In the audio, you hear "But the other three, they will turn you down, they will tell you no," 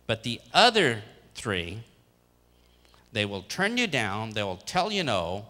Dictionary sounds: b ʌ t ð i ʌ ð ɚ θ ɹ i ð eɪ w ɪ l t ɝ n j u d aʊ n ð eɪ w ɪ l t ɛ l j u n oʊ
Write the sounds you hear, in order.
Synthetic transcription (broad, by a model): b ʌ t ð i ʌ ð ɚ θ ɹ i ð eɪ w ɪ l t ɝ n j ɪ d aʊ n ð eɪ w ɪ l t ɛ l j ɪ n oʊ